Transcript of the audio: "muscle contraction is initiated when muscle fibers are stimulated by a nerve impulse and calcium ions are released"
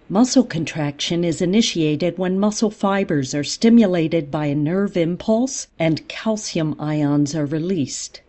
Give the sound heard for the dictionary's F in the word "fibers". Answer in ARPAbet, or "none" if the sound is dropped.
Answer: F